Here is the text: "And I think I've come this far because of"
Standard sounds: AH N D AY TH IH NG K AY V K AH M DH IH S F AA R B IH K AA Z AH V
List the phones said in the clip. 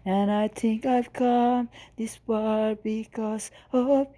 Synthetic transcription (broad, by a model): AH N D AY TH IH NG K AY V K AH M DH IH S P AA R B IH K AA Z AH